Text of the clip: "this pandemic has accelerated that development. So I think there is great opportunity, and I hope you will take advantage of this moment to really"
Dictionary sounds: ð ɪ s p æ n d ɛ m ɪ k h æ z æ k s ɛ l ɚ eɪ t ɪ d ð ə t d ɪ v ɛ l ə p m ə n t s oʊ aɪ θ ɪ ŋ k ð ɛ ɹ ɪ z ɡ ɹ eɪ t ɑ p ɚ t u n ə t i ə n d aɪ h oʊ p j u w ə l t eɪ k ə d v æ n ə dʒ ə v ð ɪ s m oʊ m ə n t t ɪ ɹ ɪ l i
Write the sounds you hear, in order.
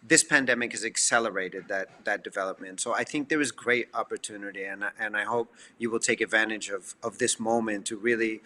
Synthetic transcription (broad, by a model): ð ɪ s p æ n d ɛ m ɪ k h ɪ z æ k s ɛ l ɚ eɪ t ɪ d ð ə t d ɪ v ɛ l ə p m ə n t s oʊ aɪ θ ɪ ŋ k ð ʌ ɹ ɪ z ɡ ɹ eɪ t ɑ p ɚ t u n ə t i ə n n aɪ h oʊ p j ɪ w ə l t eɪ k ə d v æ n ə dʒ ə v ð ɪ s m oʊ m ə n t t ɪ ɹ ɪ l i